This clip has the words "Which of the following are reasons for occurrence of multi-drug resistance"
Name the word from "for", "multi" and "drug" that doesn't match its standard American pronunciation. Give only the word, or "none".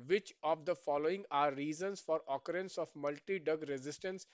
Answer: drug